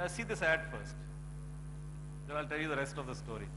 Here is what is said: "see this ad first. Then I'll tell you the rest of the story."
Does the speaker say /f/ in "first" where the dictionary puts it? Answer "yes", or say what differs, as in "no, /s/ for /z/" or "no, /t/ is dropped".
yes